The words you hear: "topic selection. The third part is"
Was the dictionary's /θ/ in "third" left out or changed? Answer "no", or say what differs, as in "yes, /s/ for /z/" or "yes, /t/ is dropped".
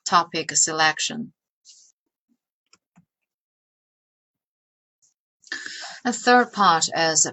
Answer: no